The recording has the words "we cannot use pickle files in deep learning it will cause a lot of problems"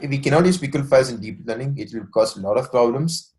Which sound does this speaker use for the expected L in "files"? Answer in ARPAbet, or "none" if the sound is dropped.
none